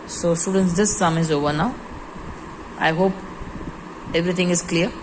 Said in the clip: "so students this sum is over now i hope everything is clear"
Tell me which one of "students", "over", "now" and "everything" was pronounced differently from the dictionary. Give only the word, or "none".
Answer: everything